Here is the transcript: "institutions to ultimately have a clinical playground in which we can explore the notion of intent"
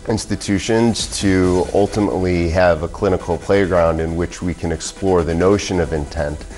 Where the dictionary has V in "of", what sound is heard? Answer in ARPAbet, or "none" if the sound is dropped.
V